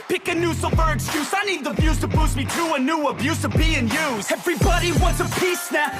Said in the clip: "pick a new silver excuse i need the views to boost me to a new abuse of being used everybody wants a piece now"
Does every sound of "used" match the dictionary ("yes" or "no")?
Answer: no